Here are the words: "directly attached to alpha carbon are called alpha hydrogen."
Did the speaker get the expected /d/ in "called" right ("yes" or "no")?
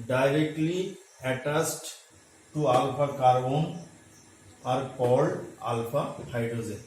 no